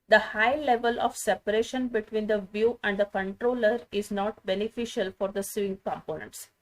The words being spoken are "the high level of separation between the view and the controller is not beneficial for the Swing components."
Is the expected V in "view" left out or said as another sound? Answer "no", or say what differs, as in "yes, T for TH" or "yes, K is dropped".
no